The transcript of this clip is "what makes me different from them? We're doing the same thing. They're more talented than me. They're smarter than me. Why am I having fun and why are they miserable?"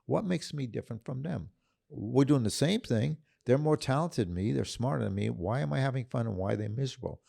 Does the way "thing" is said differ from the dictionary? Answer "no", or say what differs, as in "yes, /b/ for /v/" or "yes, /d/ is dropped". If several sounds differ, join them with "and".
no